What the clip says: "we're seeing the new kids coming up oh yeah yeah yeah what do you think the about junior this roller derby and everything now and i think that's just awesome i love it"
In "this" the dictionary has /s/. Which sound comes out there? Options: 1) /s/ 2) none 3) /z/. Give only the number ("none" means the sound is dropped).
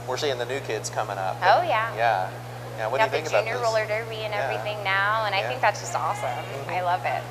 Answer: 2